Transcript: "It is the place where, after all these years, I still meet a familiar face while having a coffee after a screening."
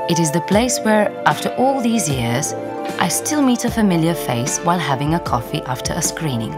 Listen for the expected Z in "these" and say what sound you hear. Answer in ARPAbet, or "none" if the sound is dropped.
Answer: Z